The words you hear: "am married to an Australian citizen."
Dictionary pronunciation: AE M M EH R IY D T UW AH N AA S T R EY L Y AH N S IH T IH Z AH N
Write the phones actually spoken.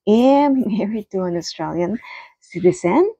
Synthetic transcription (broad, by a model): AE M M EH R IY D T UW AH N AA S T R EY L Y AH N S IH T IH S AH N